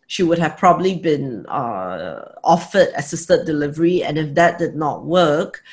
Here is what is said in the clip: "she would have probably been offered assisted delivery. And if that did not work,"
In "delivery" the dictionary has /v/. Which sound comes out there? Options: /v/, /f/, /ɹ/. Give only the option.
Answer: /v/